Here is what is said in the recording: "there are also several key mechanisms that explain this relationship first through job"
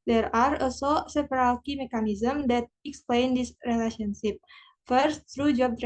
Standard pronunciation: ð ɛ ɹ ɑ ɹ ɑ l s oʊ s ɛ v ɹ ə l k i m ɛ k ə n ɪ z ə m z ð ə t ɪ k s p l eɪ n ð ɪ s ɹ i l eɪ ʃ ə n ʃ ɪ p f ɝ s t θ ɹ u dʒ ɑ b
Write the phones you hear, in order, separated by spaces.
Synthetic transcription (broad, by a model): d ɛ ɹ ɑ ɹ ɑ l s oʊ s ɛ p ɹ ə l k i m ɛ k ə n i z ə m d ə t ɪ k s p l eɪ n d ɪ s ɹ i l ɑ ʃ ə n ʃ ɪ p f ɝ s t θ ɹ u dʒ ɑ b